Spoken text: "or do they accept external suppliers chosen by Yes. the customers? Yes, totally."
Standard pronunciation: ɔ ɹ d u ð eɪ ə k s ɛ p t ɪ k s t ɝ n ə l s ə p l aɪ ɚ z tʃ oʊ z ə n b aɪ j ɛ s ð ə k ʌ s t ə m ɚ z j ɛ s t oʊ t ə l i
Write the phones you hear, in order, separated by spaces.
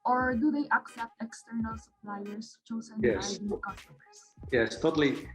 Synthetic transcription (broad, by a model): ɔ ɹ d u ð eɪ ə k s ɛ p t ɪ k s t ɝ n ə l s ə p l aɪ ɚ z tʃ oʊ z ə n j ɛ s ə k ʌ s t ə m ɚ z j ɛ s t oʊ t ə l i